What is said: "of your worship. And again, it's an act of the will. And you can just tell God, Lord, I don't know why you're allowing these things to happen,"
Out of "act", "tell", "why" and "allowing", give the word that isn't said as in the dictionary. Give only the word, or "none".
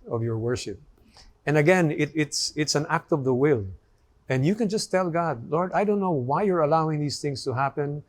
none